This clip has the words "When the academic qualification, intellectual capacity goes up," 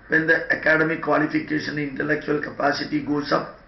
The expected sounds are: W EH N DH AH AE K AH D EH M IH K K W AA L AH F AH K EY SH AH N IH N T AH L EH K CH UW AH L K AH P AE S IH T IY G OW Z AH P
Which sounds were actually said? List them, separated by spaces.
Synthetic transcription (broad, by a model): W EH N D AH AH K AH D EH M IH K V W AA L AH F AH K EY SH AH N IH N T AH L EH K CH UW AH L K AH P AE S IH T IY G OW S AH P